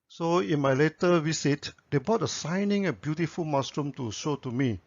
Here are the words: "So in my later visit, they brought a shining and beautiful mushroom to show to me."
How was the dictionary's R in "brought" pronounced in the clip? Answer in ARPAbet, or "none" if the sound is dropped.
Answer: none